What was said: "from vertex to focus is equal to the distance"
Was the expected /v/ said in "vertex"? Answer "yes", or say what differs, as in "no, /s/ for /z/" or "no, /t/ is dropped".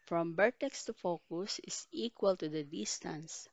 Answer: no, /b/ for /v/